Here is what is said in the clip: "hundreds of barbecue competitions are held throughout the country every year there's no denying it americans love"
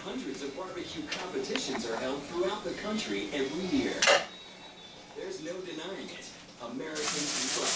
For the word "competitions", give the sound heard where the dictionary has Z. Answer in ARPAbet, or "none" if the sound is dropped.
Z